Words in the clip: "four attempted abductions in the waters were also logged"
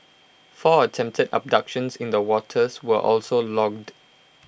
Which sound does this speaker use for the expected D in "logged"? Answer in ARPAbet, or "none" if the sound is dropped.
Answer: D